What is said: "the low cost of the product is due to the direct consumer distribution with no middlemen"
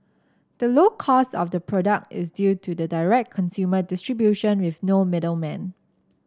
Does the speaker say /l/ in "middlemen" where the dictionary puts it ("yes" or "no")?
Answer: yes